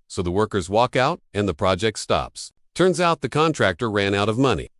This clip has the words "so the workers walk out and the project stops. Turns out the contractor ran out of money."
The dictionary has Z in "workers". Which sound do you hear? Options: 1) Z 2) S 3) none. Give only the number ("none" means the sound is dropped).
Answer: 1